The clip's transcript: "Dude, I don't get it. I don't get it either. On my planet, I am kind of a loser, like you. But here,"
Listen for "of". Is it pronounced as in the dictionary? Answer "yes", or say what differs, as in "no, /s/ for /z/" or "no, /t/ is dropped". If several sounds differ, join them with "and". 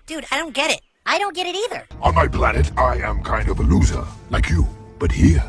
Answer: yes